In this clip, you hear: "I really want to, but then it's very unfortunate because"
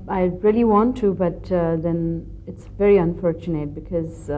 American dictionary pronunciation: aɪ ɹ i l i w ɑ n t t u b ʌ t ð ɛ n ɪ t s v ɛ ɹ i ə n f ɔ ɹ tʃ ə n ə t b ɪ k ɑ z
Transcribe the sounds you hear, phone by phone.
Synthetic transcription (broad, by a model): aɪ ɹ i l i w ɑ n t t u b ʌ t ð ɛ n ɪ t s v ɛ ɹ i ə n f ɔ ɹ tʃ ə n ə t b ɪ k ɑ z